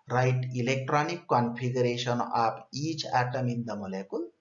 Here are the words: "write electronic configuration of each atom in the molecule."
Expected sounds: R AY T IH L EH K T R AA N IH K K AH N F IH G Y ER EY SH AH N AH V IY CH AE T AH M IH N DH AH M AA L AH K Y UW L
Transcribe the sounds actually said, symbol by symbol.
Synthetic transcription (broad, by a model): R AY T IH L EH K T R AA N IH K K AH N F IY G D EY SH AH N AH P IY CH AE T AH M IH N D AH M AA L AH K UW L